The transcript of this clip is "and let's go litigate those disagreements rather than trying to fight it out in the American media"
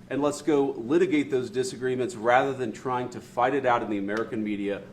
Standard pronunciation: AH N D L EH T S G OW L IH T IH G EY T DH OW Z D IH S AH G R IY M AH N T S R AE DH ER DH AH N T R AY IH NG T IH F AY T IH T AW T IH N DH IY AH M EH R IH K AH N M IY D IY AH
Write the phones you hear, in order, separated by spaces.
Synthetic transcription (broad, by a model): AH N L EH T S G OW L IH T IH G EY T DH OW Z D IH S AH G R IY M AH N T S R AE DH ER DH AH N T R AY IH NG T IH F AY T IH T AW T IH N DH IY AH M EH R IH K AH N M IY D IY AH